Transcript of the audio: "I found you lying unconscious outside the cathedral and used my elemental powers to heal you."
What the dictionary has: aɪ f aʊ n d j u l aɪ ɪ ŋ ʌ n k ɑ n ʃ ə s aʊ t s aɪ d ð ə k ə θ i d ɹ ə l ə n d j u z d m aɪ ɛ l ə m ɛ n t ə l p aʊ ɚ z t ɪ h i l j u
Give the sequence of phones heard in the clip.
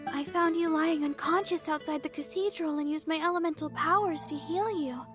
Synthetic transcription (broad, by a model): aɪ f aʊ n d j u l aɪ ɪ ŋ ʌ n k ɑ n ʃ ə s aʊ t s aɪ d ð ə k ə θ i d ɹ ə l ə n j u z m aɪ ɛ l ə m ɛ n t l p aʊ ɚ z t ɪ h i l j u